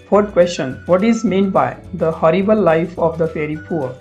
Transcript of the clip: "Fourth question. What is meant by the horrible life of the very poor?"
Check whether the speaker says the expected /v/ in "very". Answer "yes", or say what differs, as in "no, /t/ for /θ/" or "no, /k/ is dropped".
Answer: no, /f/ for /v/